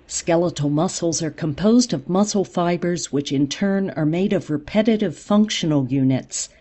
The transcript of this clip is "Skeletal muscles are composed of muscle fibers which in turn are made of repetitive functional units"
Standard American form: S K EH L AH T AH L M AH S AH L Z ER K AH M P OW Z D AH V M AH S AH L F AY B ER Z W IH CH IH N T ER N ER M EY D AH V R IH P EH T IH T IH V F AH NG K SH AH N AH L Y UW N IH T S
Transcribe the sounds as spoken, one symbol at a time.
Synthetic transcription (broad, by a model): S K EH L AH T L M AH S L Z ER K AH M P OW Z D AH V M AH S L F AY B ER Z W IH CH IH N T ER N ER M EY D AH V R IH P EH T IH T IH V F AH NG K SH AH N L Y UW N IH T S